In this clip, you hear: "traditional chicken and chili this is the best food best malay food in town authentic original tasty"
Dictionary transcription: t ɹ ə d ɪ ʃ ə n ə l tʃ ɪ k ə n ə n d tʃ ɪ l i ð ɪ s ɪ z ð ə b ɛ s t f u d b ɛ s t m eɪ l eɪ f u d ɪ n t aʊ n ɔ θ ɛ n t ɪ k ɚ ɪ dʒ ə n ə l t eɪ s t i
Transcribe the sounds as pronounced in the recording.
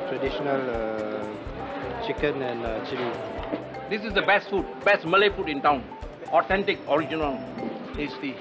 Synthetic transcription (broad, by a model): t ɹ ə d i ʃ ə n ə l tʃ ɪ k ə n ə n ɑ tʃ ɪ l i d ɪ s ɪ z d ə b ɛ s t f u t b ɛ s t m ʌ l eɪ f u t ɪ n t aʊ n ɔ t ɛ n t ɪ k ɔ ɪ dʒ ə n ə l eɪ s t i